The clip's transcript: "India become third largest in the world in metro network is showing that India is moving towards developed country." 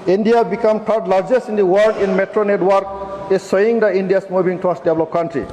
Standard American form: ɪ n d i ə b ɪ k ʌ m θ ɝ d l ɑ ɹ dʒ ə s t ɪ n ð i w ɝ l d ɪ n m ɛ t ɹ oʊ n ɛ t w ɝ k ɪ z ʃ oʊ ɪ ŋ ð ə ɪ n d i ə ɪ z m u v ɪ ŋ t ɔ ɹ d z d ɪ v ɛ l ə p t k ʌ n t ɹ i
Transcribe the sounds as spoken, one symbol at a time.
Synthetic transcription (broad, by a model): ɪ n d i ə b ɪ k ʌ m t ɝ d l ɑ ɹ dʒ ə s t ɪ n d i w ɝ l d ɪ n m ɛ t ɹ oʊ n ɛ t w ɝ k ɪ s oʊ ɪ ŋ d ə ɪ n d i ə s m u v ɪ ŋ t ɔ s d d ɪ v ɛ l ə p k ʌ n t ɹ i